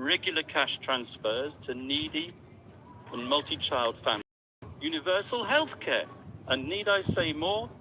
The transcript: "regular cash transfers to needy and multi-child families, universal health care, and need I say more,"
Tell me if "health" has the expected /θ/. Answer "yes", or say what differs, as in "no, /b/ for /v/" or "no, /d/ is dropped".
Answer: yes